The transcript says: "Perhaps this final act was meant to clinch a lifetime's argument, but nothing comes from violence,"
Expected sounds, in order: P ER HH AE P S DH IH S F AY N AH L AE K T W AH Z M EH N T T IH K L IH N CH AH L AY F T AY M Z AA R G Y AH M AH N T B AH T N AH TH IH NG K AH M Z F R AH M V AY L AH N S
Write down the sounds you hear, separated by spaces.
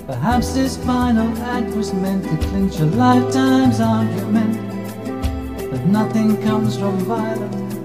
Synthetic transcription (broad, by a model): P ER HH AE P S DH IH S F AY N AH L AE K T W AH Z M EH N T T IH K L IH N CH AH L AY F T AY M Z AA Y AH M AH N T B AH T N AH TH IH NG K AH M Z F R AH M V AY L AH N